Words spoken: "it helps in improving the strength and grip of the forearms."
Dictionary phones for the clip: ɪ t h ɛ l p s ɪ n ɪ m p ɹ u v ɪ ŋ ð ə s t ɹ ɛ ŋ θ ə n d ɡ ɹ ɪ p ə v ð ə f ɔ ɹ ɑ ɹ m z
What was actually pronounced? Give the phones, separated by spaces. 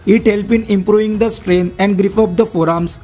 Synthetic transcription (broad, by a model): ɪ t h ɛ l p ɪ n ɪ m p ɹ u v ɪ ŋ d ə s t ɹ ɛ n ə n d ɡ ɹ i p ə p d ə f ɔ ɹ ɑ m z